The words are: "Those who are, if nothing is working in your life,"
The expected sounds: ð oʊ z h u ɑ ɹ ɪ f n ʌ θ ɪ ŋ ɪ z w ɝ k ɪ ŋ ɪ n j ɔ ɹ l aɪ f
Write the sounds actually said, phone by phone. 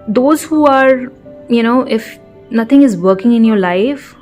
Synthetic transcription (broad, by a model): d oʊ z h u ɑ ɹ ɪ f n ʌ t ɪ ŋ ɪ z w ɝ k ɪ ŋ ɪ n j ɔ ɹ l aɪ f